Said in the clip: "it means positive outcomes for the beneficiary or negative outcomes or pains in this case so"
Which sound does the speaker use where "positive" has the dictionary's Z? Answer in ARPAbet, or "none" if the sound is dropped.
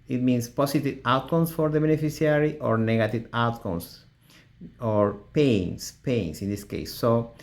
S